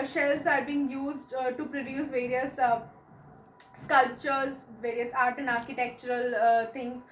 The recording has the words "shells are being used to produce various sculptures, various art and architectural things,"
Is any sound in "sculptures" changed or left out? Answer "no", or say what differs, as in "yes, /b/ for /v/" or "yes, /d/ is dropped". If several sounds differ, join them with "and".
no